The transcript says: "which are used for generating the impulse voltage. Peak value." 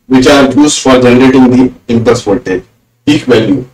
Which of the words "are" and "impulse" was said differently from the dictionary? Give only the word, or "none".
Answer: impulse